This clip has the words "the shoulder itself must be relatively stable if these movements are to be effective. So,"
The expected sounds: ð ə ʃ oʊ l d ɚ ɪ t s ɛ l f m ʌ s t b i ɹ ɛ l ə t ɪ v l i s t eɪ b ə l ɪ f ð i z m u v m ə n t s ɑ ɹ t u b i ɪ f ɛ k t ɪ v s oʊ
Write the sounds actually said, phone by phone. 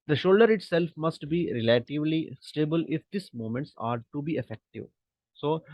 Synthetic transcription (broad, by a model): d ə ʃ oʊ l d ɚ ɪ t s ɛ l f m ʌ s t b i ɹ ɛ l ə t ɪ v l i s t eɪ b ə l ɪ f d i s m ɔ m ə n t s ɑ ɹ t u b i ɪ f ɛ k t ɪ v s oʊ